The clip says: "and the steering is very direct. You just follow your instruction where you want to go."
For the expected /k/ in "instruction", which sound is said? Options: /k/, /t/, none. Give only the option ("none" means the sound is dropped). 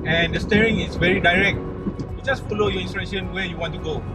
none